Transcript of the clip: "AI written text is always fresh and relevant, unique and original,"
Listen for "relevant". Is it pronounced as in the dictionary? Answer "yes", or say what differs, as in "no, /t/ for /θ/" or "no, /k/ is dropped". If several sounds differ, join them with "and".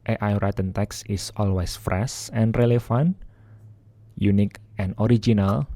no, /f/ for /v/